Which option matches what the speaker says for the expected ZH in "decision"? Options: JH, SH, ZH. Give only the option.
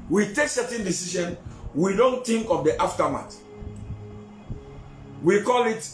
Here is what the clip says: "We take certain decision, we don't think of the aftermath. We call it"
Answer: SH